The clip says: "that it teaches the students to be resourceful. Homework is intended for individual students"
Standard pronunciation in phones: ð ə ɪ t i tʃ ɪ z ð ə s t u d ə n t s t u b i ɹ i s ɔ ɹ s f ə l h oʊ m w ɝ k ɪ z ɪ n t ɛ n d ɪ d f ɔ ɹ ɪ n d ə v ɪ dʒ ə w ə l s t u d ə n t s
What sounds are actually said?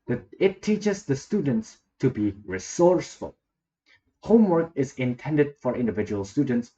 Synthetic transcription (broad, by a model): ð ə ɪ t i tʃ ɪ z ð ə s t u d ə n t s t u b i ɹ i s ɔ ɹ s f ə l h oʊ m w ɝ k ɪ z ɪ n t ɛ n d ɪ d f ɔ ɹ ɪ n d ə v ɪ dʒ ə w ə l s t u d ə n t s